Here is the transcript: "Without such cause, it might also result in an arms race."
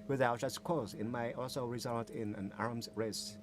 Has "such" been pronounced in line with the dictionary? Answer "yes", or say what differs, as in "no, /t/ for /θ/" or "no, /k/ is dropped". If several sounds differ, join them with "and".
no, /s/ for /tʃ/